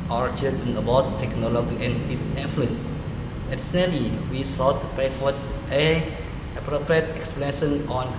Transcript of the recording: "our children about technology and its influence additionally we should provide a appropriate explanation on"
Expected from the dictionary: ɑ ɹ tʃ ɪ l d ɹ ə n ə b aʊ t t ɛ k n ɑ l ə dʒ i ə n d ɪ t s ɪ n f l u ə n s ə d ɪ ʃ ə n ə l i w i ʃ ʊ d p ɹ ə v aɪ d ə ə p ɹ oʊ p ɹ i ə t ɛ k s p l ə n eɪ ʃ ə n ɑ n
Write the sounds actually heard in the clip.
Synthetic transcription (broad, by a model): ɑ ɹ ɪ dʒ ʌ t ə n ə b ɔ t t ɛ k n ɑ l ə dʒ i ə n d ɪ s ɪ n f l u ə n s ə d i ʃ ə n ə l i w i s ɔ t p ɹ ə f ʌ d ə ə p ɹ oʊ p ɹ i ə t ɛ k s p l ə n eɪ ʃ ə n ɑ n